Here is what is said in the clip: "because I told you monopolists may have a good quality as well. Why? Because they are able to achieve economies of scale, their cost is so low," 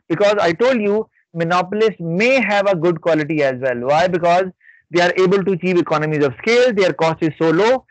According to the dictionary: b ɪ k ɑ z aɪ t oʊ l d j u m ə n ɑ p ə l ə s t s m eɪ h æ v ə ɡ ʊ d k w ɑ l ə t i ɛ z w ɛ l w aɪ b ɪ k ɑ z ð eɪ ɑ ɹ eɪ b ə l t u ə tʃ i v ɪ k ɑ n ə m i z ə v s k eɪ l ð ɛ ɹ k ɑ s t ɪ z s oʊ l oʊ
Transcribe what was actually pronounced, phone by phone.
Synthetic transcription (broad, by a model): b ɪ k ɑ z aɪ t oʊ l d j u m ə n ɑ p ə l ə s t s m eɪ h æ v ə ɡ ʊ d k w ɑ l ə t i ɛ z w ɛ l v aɪ b ɪ k ɑ z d eɪ ɑ ɹ eɪ b ə l t u ə tʃ i v ɪ k ɑ n ə m i z ə v s k eɪ l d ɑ ɹ k ɑ s t ɪ z s oʊ l oʊ